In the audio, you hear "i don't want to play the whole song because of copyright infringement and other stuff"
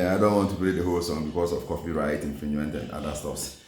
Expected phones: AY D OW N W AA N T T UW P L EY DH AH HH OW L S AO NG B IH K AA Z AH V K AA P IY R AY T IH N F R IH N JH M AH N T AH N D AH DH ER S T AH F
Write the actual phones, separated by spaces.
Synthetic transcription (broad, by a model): AY D OW N W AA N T T UW P L EY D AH HH OW L S AO NG B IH K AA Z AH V K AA F IY R AY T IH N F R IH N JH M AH N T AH N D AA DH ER S T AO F